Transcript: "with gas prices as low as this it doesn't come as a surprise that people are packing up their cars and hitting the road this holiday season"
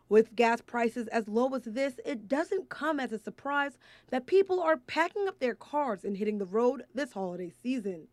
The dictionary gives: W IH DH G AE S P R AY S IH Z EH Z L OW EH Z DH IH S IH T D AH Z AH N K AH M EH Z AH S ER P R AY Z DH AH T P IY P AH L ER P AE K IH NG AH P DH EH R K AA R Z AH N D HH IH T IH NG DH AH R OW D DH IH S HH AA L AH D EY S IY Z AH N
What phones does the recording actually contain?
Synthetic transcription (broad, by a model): W IH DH G AE S P R AY S IH Z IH Z L OW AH Z DH IH S IH T D AH Z AH N K AH M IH Z AH S ER P R AY Z DH AH T P IY P L ER P AE K IH NG AH P DH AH R K AA R Z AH N HH IH T IH NG DH AH R OW D DH IH S HH AA L AH D EY S IY Z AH N